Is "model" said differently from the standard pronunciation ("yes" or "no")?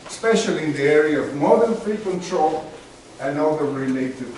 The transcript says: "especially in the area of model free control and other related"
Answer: yes